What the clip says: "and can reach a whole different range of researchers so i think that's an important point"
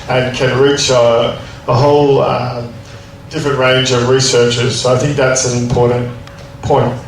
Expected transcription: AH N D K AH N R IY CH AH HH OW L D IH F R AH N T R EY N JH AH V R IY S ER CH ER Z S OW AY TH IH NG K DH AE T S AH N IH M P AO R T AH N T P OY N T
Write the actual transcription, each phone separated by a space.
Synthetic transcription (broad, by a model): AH N K AH N R IY CH AH HH OW L D IH F R AH N T R EY N JH AH V R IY S ER CH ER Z S OW AY TH IH NG K DH AE T S AH N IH M P AO R T N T P OY N T